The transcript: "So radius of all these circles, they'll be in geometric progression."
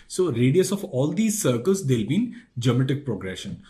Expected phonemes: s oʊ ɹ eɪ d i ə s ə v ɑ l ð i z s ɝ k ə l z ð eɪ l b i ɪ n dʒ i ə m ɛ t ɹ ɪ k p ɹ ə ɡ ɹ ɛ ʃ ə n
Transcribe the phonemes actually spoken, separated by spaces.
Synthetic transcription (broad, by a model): s oʊ ɹ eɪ d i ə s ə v ɑ l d i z s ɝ k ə l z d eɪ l b i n dʒ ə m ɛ t ɪ k p ɹ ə ɡ ɹ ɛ ʃ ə n